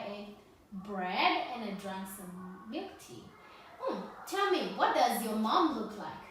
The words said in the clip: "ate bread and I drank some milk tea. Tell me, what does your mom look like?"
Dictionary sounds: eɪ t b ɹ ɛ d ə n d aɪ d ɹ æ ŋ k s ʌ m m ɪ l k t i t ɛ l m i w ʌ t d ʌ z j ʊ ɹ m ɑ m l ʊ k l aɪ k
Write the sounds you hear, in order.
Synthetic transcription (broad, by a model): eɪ b ɹ ɛ d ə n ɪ d ɹ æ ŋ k s ʌ m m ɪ k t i t ɛ l m i w ʌ t d ʌ z j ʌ ɹ m ɑ m l ʊ k l aɪ k